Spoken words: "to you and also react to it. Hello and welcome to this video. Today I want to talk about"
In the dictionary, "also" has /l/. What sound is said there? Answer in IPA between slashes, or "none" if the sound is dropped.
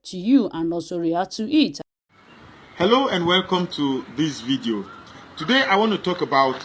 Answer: none